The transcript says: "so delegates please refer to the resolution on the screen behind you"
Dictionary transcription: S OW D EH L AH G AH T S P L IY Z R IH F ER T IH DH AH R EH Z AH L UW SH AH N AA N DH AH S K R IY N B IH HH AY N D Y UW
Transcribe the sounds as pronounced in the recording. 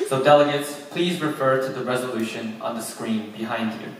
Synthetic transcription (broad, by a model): S OW D EH L AH G AH T S P L IY Z R IH F ER T IH DH AH R EH Z AH L UW SH AH N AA N DH AH S K R IY N B IH HH AY N D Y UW